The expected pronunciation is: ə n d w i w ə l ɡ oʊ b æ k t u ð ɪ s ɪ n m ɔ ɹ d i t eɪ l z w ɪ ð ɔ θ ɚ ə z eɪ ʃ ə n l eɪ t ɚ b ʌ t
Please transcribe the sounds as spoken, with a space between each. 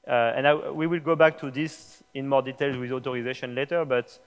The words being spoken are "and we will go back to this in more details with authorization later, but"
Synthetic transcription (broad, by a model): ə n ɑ w i w ə l ɡ oʊ b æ k t u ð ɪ s ɪ n m ɔ ɹ d i t eɪ l z w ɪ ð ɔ t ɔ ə z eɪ ʃ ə n l eɪ t ɚ b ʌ t